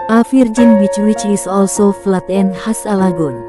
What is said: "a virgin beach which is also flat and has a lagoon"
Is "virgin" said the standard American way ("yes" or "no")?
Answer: no